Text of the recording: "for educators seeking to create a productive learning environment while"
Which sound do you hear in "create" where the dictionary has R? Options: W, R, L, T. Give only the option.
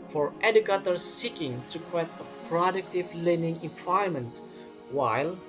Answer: W